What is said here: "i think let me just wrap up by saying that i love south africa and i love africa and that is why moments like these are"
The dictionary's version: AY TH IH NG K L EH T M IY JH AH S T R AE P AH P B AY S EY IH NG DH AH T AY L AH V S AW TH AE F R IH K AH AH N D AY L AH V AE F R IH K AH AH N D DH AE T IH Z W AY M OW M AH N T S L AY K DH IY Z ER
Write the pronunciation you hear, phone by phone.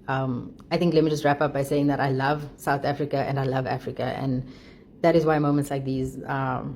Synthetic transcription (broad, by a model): AY T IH NG K L EH T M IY JH AH S T R AE P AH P B AY S EY IH NG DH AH T AY L AH V S AW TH AE F R IH K AH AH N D AY L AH V AE F R IH K AH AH N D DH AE T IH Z W AY M OW M AH N T S L AY K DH IY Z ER